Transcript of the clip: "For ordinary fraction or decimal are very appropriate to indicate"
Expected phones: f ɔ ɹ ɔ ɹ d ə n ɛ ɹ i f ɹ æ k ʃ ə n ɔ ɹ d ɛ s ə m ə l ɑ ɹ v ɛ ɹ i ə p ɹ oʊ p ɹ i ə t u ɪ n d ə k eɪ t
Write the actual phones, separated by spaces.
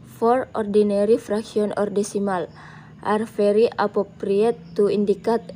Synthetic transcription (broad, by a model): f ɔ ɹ ɔ ɹ d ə n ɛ ɹ i f ɹ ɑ k s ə n ɔ ɹ d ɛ s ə m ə l ɑ ɹ f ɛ ɹ i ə p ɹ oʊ p ɹ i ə t u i n d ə k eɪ t